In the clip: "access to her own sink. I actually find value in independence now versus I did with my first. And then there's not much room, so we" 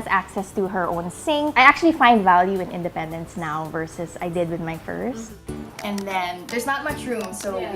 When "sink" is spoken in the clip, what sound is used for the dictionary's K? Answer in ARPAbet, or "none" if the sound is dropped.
none